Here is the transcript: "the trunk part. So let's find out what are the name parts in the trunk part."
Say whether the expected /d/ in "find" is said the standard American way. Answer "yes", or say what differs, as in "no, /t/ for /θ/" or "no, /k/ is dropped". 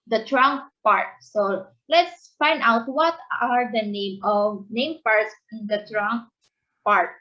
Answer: yes